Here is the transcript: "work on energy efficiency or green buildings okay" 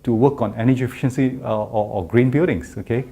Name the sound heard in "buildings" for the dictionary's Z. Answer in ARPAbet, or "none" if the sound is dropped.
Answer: S